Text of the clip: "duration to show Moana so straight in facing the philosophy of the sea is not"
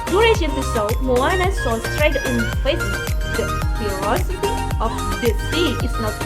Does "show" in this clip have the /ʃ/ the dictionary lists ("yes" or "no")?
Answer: no